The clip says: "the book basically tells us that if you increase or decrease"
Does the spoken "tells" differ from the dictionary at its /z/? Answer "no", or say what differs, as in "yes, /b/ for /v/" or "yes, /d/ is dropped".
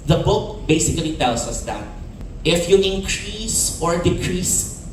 yes, /s/ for /z/